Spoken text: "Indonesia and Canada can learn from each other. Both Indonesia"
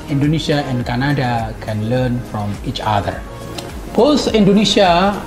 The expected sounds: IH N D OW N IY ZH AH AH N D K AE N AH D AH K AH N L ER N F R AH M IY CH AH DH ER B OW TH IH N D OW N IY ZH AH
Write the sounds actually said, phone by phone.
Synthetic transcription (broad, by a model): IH N D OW N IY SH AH AH N D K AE N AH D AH K AH N L ER N F R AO M IY CH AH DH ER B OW S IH N D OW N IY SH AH